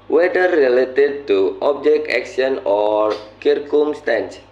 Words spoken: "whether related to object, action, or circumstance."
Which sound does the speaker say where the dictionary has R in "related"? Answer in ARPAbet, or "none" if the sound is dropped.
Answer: R